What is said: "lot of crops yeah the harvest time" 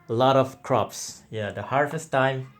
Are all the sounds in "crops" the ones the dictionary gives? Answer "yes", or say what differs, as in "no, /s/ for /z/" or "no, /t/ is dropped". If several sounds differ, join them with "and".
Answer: yes